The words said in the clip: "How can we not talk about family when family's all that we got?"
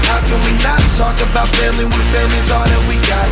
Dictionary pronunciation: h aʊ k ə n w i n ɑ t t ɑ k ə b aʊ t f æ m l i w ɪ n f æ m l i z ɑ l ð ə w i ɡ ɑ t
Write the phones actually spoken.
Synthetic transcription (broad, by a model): h aʊ k ə n w i n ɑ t t ɑ k ə b aʊ t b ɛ l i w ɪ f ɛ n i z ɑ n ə w i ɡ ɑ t